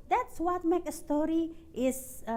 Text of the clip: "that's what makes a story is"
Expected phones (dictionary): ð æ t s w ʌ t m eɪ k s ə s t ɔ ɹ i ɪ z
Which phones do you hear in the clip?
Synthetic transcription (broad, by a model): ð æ t s w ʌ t m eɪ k ə s t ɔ ɹ i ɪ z